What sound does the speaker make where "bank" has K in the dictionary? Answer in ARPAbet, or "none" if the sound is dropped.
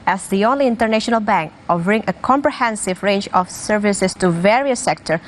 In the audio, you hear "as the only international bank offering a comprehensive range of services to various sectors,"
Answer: K